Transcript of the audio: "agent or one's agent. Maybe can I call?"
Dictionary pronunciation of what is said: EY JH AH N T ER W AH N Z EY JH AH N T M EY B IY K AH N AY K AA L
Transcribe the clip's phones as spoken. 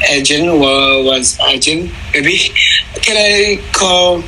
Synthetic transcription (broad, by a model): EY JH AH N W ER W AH Z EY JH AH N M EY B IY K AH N AY K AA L